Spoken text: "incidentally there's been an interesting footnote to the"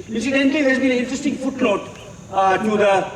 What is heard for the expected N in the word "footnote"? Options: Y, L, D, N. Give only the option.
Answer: L